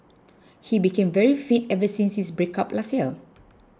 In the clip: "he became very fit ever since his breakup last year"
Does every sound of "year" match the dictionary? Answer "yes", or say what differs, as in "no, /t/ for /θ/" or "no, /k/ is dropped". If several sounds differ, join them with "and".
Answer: no, /l/ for /ɹ/